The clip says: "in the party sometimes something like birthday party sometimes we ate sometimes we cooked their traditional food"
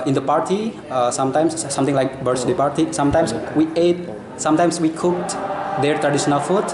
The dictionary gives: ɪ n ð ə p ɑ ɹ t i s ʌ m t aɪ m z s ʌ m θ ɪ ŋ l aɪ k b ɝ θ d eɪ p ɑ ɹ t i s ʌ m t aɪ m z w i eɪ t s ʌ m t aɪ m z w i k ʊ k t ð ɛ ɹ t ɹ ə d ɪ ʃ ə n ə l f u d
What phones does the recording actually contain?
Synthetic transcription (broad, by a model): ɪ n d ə p ɑ ɹ t i s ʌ m t aɪ m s s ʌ m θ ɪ ŋ l aɪ k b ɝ s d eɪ p ɑ ɹ t i s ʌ m t aɪ m s w i eɪ t s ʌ m t aɪ m s w i k ʊ k t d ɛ ɹ t ɹ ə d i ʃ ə n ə l f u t